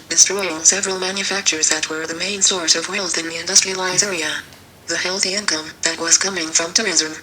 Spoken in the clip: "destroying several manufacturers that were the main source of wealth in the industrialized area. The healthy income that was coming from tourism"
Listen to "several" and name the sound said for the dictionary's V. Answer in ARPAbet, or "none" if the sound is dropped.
V